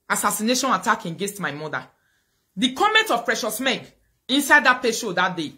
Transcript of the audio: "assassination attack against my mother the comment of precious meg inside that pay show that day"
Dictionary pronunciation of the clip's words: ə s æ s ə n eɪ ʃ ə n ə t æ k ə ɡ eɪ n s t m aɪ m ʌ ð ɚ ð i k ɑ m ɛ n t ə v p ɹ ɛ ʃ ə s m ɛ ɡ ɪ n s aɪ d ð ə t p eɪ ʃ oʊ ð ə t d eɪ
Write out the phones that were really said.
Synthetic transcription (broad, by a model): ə s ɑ s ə n eɪ ʃ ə n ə t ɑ k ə ɡ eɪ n s t m aɪ m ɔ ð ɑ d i k ɑ m ɛ n t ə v p ɹ ɛ ʃ ə s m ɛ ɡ ɪ n s aɪ d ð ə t p eɪ ʃ oʊ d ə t d eɪ